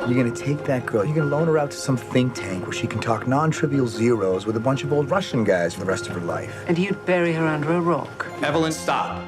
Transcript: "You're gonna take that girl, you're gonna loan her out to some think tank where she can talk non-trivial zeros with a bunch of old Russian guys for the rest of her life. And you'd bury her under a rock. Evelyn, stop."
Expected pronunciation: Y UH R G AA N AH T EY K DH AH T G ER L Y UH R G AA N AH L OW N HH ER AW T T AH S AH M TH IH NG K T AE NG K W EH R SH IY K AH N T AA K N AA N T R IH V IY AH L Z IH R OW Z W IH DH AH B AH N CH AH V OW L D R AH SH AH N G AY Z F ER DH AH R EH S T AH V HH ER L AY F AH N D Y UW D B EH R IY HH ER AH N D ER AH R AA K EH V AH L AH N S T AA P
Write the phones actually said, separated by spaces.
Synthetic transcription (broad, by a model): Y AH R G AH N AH T EY K DH AH T G ER L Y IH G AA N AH L OW N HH ER AW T T AH S AH M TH IH NG K T AE NG K W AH R SH IY K N T AA K N AA N T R IH V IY L Z IH R OW Z W IH DH AH B AH N CH AH V OW L D R AH SH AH N G AY Z F ER DH AH R EH S T AH V ER L AY F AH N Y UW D B EH R IY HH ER AH N D ER AH R AA K EH V AH L AH N S T AA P